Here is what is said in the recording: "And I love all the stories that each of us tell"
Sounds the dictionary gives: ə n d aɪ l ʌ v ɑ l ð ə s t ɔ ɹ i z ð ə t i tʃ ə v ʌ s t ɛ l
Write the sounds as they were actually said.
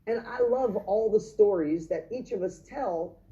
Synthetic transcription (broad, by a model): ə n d aɪ l ʌ v ɑ l ð ə s t ɔ ɹ i z ð ə t i tʃ ə v ʌ s t ɛ l